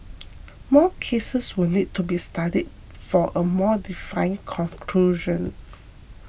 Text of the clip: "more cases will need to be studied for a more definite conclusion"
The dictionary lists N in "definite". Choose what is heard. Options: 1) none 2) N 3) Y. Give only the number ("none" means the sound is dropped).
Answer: 1